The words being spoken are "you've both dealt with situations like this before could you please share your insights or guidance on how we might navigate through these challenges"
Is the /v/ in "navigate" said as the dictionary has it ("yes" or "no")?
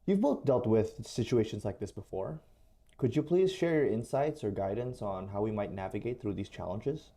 yes